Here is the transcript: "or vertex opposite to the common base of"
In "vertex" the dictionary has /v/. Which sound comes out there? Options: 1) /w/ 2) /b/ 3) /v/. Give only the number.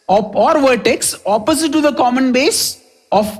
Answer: 3